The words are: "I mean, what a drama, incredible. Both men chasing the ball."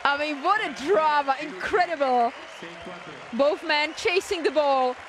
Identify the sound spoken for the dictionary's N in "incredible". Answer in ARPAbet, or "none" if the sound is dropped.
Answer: N